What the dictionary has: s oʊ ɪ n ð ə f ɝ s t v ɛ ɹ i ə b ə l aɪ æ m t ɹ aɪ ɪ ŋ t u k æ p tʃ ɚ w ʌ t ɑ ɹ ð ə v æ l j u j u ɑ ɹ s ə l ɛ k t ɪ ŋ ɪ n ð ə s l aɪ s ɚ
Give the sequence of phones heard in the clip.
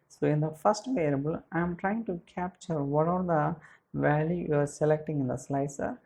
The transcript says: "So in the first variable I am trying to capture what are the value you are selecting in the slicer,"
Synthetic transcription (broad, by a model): s oʊ ɪ n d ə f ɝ s t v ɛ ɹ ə b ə l aɪ m t ɹ aɪ ɪ ŋ t u k æ p tʃ ɚ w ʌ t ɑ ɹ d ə v æ l j u j u ɑ ɹ s ə l ɛ k t ɪ ŋ ɪ n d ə s l aɪ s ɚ